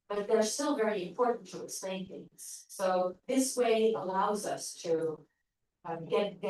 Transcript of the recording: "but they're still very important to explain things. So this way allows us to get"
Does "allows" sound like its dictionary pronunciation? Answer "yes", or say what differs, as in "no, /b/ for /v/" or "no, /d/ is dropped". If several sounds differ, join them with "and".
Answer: yes